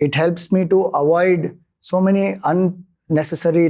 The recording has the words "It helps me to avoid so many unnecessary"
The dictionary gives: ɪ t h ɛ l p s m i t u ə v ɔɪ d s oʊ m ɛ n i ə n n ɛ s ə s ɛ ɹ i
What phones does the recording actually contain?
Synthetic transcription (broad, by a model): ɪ t h ɛ l p s m i t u ə v ɔɪ d s oʊ m ɛ n i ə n n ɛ s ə s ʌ ɹ i